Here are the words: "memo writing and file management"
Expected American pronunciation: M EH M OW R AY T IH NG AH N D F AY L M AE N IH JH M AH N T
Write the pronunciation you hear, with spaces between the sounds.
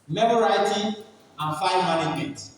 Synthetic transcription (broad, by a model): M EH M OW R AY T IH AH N F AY N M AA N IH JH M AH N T